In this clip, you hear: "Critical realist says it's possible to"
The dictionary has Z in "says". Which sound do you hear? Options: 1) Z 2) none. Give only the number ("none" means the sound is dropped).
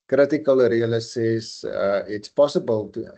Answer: 2